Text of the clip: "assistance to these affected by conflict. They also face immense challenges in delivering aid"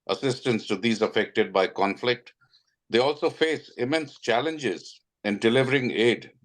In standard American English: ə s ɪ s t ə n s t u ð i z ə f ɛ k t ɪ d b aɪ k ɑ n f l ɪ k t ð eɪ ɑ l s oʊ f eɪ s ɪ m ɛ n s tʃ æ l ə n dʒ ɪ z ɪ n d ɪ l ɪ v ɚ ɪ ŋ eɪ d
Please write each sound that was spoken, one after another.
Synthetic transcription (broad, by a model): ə s ɪ s t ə n s t u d i z ə f ɛ k t ɪ d b aɪ k ɑ n f l ɪ k t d eɪ ɑ l s oʊ f eɪ s ɪ m ɛ n s tʃ æ l ə n dʒ ɪ z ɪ n d ɪ l ɪ v ɚ ɪ ŋ eɪ d